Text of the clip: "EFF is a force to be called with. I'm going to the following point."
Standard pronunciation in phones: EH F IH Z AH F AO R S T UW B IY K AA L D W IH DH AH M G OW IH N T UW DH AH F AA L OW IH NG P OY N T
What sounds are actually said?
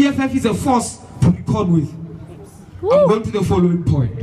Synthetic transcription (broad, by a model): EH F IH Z AH F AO S T UW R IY K AA D W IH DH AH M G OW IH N T UW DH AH F AA L OW IH NG P OY N T